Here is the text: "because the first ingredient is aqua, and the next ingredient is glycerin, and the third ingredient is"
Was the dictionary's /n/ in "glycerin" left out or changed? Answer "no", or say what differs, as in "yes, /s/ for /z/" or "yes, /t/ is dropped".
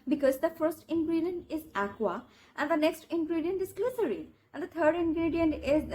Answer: yes, /n/ is dropped